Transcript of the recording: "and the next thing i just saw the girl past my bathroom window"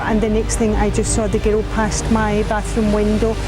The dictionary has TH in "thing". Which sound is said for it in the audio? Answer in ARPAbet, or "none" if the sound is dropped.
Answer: TH